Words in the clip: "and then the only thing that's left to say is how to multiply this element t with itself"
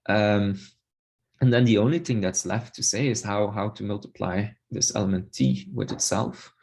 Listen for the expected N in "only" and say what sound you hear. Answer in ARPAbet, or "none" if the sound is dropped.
N